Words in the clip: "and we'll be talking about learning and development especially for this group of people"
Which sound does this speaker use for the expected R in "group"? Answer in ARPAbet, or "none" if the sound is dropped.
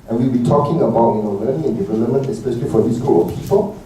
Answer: none